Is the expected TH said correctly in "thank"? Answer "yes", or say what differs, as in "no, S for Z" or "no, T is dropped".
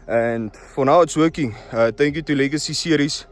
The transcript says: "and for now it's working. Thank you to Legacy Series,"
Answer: no, T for TH